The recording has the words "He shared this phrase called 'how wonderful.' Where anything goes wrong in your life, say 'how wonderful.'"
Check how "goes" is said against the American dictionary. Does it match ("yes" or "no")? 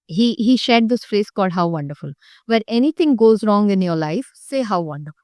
yes